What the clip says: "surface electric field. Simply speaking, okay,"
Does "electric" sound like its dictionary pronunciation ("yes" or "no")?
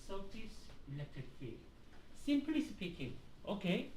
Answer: no